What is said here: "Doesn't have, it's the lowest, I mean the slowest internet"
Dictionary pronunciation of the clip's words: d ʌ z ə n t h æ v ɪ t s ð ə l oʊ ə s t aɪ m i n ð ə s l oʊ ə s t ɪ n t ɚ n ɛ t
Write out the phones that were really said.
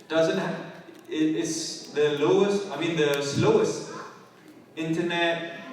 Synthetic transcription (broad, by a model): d ʌ z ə n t h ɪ ɪ t s ð ə l oʊ ə s t aɪ m i n ð ə s l oʊ ə s t ɪ n t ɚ n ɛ t